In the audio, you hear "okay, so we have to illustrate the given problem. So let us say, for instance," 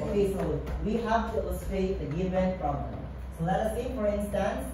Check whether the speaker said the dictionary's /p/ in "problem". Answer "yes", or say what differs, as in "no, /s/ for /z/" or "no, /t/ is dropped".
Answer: no, /f/ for /p/